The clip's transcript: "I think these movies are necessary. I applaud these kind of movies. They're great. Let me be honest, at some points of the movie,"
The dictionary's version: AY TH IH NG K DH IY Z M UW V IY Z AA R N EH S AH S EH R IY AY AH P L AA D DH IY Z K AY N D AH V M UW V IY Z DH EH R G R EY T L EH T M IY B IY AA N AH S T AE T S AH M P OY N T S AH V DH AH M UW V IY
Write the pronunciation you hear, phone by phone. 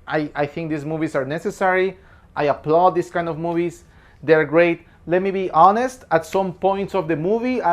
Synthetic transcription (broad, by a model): AY TH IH NG K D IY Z M UW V IY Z AA R N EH S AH S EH R IY AY AH P L AA D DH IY S K AY N D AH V M UW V IY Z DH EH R G R EY T L EH T M IY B IY AA N AH S T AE T S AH M P OY N T S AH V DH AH M UW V IY